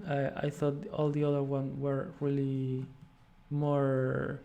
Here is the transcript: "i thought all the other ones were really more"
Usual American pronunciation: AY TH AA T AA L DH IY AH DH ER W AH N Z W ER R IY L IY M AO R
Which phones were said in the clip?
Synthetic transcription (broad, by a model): AY TH AA T AA L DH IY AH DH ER W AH N W ER R IY L IY M AO R